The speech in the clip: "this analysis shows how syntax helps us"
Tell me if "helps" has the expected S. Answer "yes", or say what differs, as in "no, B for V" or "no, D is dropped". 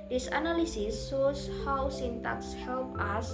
no, S is dropped